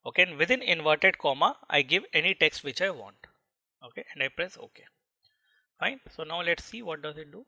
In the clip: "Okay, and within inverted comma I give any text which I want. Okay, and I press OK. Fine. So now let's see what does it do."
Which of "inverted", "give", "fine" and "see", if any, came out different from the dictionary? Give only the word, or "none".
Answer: none